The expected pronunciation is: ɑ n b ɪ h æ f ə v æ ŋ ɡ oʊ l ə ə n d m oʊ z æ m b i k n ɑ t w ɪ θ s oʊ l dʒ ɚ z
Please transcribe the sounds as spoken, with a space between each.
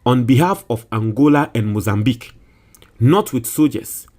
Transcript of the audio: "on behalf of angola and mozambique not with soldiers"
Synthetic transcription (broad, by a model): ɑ n b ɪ h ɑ f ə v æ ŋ ɡ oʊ l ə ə n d m oʊ z æ m b i k n ɑ t w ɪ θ s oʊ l dʒ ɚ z